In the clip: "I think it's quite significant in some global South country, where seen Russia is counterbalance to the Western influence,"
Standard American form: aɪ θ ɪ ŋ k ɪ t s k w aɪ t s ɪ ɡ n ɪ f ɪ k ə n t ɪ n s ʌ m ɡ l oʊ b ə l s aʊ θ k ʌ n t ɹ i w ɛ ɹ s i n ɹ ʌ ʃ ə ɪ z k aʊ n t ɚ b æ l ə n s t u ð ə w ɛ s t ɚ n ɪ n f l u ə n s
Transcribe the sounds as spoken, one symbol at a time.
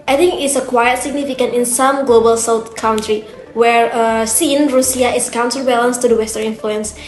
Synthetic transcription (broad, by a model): aɪ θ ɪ ŋ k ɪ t s k w aɪ t s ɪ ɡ n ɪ f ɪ k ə n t ɪ n s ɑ m ɡ l oʊ b ə l s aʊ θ k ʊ n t ɹ i w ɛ ɹ s i n ɹ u s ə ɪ s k aʊ n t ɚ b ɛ l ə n s t u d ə w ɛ s t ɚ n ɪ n f l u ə n s